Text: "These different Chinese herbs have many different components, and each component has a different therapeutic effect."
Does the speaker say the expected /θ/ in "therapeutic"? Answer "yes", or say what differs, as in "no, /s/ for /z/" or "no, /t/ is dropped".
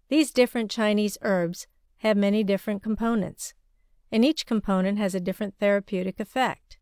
yes